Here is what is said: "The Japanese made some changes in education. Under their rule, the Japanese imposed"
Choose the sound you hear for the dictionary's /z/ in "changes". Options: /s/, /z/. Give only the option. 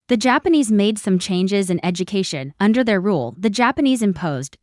/z/